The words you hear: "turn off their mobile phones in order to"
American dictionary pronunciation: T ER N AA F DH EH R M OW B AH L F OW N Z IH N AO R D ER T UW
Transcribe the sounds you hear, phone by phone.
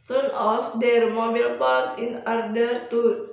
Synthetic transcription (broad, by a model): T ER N AA F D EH R M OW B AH L P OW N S IH N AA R D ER T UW